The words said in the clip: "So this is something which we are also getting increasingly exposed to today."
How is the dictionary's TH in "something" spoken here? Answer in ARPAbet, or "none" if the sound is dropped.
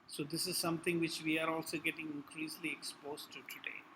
T